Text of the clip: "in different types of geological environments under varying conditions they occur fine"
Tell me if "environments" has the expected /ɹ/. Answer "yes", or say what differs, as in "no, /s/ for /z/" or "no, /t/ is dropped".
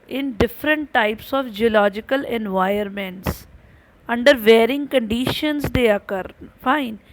no, /ɹ/ is dropped